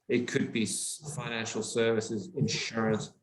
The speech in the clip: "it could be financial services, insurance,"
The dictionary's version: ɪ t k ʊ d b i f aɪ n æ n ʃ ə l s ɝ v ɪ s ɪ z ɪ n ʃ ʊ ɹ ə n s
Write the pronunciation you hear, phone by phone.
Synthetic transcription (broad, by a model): ɪ t k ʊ d b i f aɪ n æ n ʃ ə l s ɝ v ɪ s ɪ z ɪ n ʃ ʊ ɹ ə n s